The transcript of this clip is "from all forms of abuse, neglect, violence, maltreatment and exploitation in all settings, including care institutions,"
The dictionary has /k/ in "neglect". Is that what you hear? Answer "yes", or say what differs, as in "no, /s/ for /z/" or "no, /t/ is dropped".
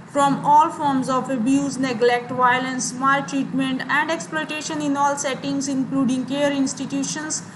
yes